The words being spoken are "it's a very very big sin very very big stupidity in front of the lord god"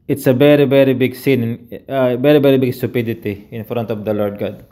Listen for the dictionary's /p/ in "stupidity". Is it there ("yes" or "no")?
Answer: yes